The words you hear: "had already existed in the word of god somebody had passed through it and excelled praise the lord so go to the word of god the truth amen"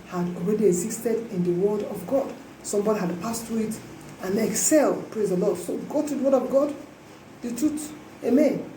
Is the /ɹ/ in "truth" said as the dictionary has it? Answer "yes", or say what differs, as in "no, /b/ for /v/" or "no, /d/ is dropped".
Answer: no, /ɹ/ is dropped